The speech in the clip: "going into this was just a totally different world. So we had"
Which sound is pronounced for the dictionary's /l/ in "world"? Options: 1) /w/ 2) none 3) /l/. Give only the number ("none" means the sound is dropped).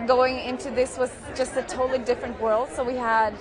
3